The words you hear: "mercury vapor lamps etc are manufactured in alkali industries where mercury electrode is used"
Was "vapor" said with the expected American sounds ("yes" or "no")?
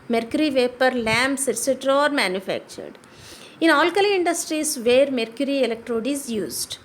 yes